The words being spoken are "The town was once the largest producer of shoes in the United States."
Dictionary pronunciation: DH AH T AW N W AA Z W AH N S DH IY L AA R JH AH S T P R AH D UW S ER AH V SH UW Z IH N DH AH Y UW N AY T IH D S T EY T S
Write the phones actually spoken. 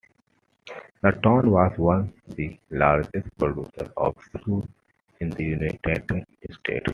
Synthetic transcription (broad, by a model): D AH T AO N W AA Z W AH N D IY L AA R JH AH S T P R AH D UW S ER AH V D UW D IH N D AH Y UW N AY T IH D S T EY T